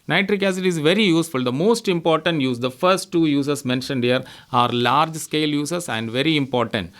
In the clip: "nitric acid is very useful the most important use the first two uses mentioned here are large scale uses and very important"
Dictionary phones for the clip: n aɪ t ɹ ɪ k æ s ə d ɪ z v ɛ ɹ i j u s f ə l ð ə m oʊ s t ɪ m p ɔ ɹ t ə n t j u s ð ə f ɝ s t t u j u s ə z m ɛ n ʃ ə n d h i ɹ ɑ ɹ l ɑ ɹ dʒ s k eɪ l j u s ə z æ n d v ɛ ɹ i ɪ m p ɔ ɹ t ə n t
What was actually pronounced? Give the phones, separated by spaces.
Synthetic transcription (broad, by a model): n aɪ t ɹ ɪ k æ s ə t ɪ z v ɛ ɹ i j u s f ə l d ə m oʊ s t ɪ m p ɔ ɹ t ə n t j u s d ə f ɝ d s t u j u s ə s m ɛ n ʃ ə n d h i ɹ ɑ ɹ l ɑ ɹ dʒ s k eɪ l j u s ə s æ n d v ɛ ɹ i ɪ m p ɔ ɹ t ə n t